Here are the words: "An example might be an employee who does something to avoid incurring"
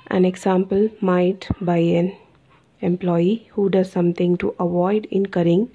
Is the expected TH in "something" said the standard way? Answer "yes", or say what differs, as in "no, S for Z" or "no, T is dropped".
no, T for TH